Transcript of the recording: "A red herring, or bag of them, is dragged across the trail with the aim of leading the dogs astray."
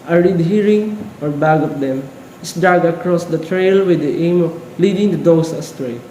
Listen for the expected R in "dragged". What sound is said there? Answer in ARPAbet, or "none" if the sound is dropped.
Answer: none